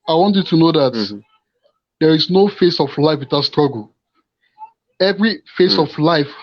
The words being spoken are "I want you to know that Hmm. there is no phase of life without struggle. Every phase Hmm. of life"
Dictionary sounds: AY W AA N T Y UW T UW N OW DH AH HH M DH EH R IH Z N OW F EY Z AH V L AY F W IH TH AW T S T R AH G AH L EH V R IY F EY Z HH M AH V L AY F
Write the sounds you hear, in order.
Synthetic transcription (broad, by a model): AY W AA N T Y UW T UW N OW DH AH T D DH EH R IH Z N OW F EY S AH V L AY F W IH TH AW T S T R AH G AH L EH V R IY F EY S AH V L AY F